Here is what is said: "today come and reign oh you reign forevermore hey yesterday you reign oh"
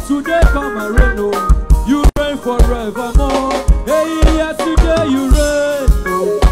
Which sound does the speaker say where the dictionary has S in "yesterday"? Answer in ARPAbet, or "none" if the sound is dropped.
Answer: none